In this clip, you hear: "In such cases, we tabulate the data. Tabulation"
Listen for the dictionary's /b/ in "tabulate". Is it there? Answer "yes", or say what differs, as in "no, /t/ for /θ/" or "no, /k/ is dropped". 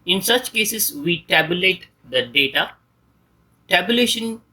yes